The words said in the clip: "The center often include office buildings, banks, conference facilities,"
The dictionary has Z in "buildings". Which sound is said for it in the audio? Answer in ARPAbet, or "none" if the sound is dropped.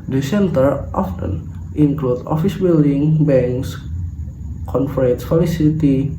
none